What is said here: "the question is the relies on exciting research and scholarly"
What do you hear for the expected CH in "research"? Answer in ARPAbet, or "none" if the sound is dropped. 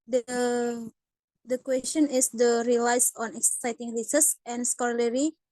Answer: S